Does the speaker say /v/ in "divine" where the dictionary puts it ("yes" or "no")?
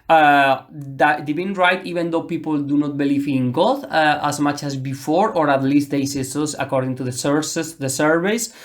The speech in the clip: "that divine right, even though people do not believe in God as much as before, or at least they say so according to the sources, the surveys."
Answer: no